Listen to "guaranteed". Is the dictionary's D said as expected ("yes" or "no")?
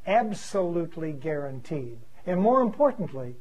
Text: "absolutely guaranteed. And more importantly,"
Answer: yes